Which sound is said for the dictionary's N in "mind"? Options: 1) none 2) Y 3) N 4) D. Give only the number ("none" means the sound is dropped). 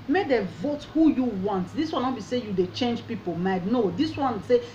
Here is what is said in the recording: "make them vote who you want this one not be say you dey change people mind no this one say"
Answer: 1